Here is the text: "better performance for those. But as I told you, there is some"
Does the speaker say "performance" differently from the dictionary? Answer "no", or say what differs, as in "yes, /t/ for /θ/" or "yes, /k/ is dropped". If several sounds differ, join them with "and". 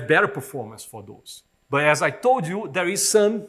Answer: no